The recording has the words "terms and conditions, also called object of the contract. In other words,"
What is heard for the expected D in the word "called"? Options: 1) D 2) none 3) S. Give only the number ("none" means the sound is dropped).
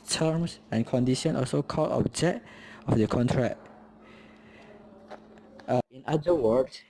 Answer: 2